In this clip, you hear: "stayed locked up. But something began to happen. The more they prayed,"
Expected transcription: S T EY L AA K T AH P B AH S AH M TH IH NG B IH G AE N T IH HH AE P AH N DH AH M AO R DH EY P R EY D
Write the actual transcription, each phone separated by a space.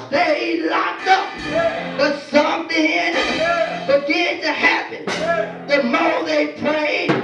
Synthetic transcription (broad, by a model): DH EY L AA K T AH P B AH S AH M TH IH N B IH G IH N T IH HH AE P AH N DH AH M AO L DH EY P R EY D